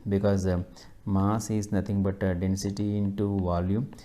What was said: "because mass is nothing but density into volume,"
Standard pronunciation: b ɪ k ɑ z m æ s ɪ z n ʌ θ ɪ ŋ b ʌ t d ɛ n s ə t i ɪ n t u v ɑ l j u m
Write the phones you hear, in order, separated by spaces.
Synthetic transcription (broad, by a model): b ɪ k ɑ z m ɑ s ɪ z n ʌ t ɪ ŋ b ʌ t d ɛ n s ə t i ɪ n t u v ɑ l j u m